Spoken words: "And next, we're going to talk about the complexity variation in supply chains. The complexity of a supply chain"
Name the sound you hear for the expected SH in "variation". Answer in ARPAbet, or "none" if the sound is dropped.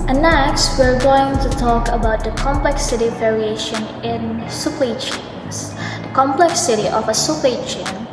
SH